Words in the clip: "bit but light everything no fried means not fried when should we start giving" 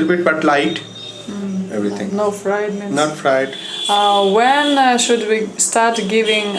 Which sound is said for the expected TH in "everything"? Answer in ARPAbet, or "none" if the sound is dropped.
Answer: T